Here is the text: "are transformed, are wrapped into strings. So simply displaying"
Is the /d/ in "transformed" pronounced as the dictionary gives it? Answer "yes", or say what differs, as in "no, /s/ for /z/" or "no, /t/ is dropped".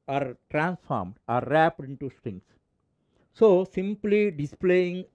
yes